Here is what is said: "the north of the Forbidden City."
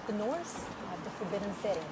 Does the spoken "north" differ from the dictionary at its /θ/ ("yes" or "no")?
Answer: yes